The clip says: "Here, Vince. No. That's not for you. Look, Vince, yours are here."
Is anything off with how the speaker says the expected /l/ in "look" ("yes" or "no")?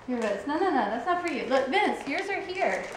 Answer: no